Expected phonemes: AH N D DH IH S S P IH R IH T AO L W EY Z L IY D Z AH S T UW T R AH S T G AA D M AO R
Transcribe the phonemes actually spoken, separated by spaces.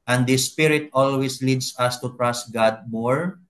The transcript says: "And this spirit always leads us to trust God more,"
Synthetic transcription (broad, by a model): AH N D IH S S P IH R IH T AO L W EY S L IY D S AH S T UW T R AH S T G AA D M AO R